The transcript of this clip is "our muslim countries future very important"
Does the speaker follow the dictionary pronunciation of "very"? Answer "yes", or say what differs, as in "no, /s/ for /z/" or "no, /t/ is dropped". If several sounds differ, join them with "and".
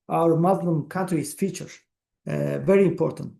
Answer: yes